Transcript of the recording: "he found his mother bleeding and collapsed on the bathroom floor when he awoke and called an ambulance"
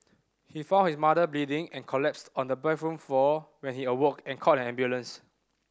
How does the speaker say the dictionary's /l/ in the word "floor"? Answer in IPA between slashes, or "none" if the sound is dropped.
none